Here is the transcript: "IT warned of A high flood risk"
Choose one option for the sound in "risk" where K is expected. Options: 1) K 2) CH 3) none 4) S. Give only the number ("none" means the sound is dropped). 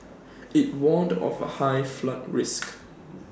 1